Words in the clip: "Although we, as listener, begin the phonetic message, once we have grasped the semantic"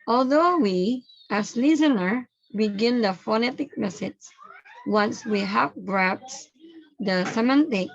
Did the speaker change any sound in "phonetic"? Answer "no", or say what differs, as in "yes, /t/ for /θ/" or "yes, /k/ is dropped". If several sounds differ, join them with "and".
no